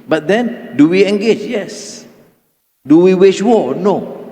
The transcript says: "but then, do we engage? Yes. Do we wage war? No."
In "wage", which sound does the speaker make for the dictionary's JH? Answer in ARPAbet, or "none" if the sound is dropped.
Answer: SH